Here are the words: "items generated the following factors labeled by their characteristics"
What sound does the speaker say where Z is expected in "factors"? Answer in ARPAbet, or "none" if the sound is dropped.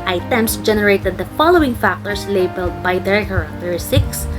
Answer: S